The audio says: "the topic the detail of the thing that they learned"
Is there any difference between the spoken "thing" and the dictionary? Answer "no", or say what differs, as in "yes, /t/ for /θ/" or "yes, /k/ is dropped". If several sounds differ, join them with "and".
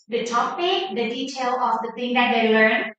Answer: yes, /t/ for /θ/